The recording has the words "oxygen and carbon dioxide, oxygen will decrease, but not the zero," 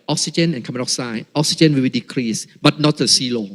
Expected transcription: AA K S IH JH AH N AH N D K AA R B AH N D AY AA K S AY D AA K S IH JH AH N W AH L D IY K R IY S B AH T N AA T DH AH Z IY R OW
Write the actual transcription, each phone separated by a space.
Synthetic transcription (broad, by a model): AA K S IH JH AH N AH N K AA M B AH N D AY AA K S AY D AA K S IH JH AH N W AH W D IY K R IY S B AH T N AA T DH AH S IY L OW